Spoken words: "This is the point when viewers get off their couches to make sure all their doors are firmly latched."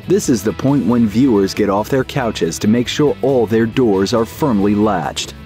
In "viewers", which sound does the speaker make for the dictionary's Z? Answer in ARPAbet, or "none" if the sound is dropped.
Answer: Z